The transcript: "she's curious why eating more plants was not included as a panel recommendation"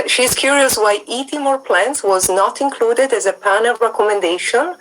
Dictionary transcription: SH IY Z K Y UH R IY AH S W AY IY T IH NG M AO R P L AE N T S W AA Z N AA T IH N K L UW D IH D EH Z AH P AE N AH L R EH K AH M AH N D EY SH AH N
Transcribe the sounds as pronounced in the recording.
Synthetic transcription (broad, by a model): SH IY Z K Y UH R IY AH S W AY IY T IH M AO R P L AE N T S W AA Z N AA T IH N K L UW D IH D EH Z AH P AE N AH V R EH K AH M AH N D EY SH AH N